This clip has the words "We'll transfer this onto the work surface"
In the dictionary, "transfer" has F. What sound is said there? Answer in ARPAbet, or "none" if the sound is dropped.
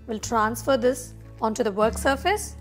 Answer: F